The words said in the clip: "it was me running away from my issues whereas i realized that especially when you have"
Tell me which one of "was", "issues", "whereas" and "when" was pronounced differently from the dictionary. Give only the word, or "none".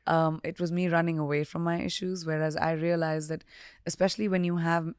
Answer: none